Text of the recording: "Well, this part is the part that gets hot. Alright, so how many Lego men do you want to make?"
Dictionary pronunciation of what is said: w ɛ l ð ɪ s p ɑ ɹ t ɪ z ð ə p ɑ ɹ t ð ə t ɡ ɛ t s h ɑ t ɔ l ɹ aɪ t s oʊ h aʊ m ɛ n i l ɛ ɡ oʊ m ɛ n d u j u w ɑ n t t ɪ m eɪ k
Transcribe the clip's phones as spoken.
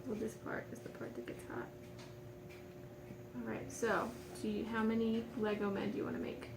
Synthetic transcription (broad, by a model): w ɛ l ð ɪ s p ɑ ɹ t ɪ z ð ə p ɑ ɹ t ð ə t ɡ ɛ t s h ɑ t ɔ l ɹ aɪ t s oʊ h aʊ m ɛ n i l ɛ ɡ oʊ m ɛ n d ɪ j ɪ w ɑ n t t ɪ m eɪ k